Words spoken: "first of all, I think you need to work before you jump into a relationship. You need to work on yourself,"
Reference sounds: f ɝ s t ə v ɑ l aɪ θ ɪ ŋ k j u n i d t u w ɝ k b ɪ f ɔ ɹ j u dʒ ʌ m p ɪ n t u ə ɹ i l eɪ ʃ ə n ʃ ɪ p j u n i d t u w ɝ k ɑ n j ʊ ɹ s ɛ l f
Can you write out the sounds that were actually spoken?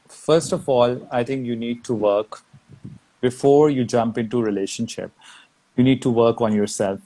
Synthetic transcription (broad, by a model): f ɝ s t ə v ɑ l aɪ t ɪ ŋ k j u n i d t u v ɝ k b ɪ f ɔ ɹ j u dʒ ʌ m p ɪ n t u ɹ i l eɪ ʃ ə n ʃ ɪ p j u n i d t u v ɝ k ɑ n j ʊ ɹ s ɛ l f